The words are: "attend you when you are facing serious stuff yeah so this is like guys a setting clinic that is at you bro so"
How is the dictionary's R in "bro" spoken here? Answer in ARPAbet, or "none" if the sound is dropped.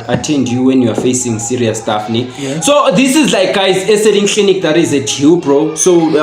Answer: R